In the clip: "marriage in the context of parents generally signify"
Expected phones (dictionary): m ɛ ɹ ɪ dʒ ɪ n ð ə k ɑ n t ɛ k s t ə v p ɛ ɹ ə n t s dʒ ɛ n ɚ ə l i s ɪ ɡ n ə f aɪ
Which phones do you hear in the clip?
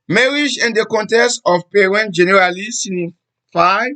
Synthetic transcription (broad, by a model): m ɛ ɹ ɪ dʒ ɪ n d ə k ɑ n t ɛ s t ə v p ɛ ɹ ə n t dʒ ɛ n ɚ ə l i s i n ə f aɪ